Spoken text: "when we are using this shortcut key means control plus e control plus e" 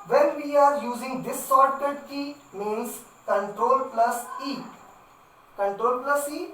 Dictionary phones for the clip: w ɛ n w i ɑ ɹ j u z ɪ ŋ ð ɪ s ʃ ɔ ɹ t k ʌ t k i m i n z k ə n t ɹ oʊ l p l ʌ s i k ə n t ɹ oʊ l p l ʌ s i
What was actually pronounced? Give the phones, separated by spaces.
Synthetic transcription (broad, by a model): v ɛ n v i ɑ ɹ j u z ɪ ŋ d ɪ s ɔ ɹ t ʌ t k i m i n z k ə n t ɹ oʊ l p l ʌ s i k ə n t ɹ oʊ l p l ʌ s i